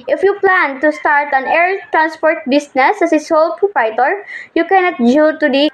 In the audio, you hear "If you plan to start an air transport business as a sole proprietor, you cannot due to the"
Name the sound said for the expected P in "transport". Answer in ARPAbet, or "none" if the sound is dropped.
P